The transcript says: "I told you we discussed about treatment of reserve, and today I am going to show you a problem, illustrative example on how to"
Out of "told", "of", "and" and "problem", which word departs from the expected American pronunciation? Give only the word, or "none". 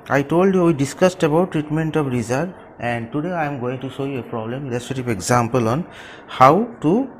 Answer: of